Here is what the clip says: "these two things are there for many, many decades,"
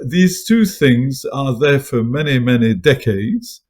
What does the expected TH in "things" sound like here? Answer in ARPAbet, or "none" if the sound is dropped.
TH